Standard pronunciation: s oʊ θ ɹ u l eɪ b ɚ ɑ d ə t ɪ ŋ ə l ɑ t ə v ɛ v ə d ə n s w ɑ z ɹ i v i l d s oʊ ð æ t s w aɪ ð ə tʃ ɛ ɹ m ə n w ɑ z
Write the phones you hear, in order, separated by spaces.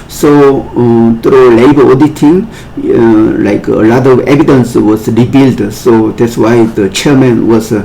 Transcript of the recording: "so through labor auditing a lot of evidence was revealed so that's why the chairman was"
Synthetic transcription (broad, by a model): s oʊ t ɹ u l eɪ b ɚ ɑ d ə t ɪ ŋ ə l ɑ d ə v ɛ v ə d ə n s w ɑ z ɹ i b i l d s oʊ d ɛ t s w aɪ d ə tʃ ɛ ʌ m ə n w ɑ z